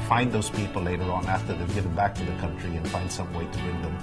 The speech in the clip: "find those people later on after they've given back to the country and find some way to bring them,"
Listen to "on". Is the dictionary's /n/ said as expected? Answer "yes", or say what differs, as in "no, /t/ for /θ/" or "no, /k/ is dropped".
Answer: yes